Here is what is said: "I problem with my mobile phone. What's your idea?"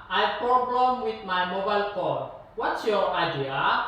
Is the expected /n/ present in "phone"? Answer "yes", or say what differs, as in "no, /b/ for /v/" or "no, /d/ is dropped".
no, /l/ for /n/